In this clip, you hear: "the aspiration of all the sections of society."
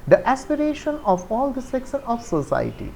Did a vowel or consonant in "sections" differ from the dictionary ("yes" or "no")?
yes